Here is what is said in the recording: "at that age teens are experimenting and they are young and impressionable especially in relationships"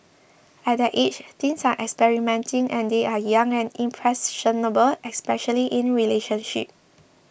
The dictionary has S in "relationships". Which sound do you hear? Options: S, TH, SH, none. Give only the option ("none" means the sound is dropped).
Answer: none